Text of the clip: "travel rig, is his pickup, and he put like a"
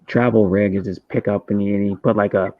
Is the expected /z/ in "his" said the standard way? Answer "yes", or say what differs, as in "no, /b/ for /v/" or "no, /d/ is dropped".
no, /s/ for /z/